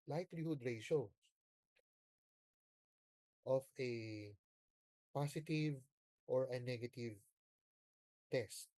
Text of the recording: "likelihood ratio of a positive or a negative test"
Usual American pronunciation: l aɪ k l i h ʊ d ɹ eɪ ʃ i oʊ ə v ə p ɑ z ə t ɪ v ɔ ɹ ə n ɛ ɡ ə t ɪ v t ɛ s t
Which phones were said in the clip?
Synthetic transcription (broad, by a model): l aɪ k l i h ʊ d ɹ eɪ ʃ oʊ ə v ə p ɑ s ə t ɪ v ɔ ɹ ə n ɛ ɡ ə t ɪ v t ɛ s t